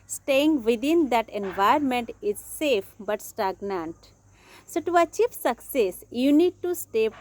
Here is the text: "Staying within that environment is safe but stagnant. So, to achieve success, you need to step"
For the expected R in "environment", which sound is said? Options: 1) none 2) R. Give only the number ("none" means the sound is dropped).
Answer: 1